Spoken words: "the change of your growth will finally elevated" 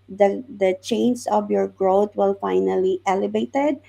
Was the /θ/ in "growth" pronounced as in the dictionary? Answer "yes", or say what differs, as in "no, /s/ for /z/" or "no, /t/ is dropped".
no, /t/ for /θ/